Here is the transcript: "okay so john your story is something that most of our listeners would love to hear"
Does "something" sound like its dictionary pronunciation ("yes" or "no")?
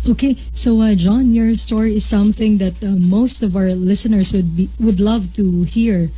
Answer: yes